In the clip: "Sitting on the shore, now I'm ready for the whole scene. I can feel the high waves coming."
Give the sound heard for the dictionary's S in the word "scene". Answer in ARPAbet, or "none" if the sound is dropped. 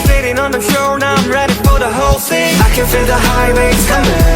TH